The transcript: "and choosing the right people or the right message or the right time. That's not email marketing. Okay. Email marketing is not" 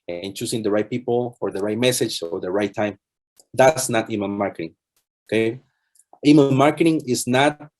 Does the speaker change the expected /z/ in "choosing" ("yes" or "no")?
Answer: yes